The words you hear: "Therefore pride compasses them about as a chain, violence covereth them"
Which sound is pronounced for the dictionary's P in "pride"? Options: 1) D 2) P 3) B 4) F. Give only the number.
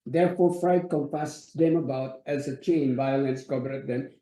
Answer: 4